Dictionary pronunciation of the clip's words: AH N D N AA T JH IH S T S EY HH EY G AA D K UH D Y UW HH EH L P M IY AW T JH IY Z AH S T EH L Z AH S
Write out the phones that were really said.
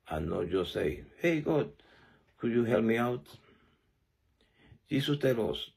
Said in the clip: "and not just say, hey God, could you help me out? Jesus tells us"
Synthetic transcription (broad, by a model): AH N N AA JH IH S S EY HH EY G AA D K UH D Y UW HH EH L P M IY AW T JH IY S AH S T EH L AH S